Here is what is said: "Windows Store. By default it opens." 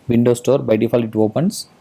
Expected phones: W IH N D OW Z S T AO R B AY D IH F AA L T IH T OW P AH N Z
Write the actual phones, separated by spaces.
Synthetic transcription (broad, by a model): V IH N D OW S T AO R B AY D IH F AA L IH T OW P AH N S